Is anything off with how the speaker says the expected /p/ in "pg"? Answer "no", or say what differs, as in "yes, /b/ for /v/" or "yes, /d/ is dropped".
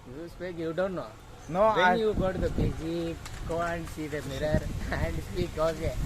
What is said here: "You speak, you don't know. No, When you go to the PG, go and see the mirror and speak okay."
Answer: yes, /b/ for /p/